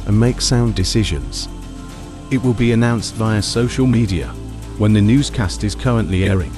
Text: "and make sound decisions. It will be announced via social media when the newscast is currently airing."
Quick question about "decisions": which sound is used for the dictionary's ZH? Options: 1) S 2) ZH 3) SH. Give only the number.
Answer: 2